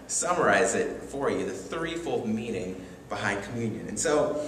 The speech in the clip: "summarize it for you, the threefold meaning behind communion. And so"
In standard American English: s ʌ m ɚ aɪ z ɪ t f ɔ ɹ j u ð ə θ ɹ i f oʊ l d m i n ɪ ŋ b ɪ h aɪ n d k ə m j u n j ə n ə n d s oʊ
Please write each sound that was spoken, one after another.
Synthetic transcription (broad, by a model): s ʌ m ɚ aɪ z ɪ t f ɔ ɹ j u ð ə θ ɹ i f oʊ l d m i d ɪ ŋ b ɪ h aɪ n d k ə m j u n j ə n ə n s oʊ